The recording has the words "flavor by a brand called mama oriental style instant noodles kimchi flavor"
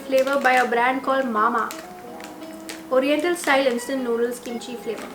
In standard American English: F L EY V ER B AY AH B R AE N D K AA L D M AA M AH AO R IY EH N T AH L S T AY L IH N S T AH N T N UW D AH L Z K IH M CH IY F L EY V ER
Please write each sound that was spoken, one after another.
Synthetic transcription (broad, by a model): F L EY V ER B AY AH B R AE N D K AA L D M AA M AH AO R IY EH N T AH L S T AY L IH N S T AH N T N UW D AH L S K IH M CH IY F L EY V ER